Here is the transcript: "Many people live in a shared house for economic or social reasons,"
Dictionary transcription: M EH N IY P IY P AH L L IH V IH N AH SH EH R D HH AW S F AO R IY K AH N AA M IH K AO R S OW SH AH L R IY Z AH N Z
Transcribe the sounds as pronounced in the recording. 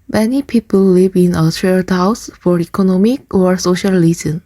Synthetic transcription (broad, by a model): M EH N IY P IY P AH L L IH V IH N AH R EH L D HH AW S F AO R IY K AH N AA M IH K AO R S OW SH AH L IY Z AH N